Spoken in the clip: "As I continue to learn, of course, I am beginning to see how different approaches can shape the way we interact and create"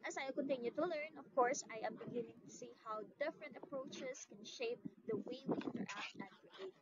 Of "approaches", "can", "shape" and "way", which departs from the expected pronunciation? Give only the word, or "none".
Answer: approaches